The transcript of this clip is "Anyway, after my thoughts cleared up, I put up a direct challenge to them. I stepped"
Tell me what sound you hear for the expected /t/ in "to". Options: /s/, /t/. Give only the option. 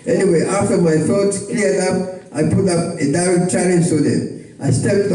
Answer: /s/